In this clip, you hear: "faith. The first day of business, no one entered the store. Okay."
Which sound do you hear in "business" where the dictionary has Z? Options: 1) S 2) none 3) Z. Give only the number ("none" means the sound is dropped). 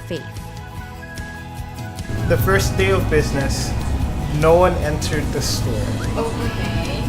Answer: 3